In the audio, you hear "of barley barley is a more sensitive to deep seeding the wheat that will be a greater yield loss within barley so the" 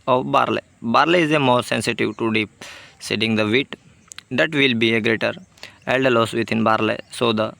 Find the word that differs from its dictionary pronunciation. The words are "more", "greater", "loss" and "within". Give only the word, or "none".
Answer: within